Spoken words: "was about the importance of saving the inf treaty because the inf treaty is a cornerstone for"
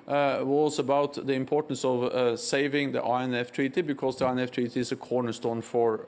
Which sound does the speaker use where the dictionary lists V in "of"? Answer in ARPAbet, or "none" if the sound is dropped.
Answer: V